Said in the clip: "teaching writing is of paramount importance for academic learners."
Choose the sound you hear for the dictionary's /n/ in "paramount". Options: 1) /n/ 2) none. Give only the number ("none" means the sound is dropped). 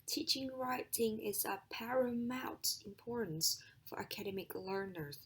2